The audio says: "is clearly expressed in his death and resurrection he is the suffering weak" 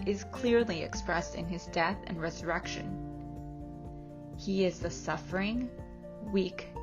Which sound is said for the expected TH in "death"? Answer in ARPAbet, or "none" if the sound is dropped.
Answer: TH